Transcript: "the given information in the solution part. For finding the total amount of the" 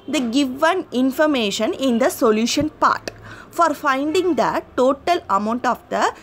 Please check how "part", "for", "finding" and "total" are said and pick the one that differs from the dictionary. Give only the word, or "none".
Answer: none